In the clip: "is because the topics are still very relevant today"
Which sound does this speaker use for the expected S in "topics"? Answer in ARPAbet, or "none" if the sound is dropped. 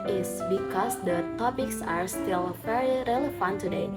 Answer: S